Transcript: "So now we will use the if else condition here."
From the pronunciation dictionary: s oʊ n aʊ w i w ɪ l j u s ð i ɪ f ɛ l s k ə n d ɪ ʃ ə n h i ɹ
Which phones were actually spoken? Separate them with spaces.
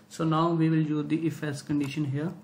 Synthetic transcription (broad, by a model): s oʊ n aʊ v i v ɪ l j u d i ɪ f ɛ s k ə n d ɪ ʃ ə n h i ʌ